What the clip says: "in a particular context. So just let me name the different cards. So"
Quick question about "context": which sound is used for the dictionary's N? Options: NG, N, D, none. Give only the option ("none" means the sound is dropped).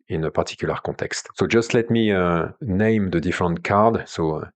none